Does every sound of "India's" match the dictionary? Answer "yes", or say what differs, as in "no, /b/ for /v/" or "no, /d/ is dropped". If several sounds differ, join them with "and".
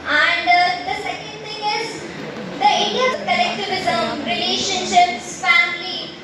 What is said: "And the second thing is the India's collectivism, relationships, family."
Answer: no, /z/ is dropped